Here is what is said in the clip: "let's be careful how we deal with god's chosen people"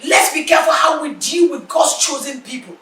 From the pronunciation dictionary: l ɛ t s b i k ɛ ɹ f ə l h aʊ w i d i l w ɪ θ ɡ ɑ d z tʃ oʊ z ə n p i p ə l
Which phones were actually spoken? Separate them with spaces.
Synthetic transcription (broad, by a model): l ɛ t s b i k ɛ f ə h aʊ w i d i l w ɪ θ ɡ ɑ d s tʃ oʊ z ə n p i p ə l